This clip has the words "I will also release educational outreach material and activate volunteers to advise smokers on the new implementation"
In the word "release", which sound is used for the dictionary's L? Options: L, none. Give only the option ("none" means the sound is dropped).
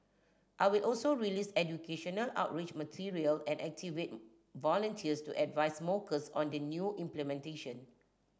L